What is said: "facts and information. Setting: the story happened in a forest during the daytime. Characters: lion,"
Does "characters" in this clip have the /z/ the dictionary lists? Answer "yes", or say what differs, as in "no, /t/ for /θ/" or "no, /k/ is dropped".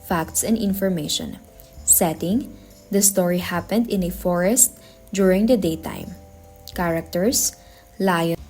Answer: no, /s/ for /z/